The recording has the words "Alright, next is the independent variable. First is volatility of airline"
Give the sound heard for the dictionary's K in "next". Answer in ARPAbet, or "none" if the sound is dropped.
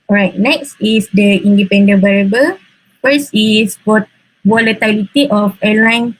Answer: K